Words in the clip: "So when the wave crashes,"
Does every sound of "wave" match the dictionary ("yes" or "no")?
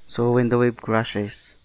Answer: no